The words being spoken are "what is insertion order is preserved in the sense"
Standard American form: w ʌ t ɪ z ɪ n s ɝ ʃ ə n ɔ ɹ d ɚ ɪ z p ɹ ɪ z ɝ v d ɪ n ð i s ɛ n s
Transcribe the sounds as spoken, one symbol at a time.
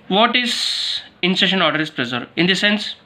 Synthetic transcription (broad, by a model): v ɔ t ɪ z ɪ n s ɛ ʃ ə n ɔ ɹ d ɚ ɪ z p ɹ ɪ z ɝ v ɪ n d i s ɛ n s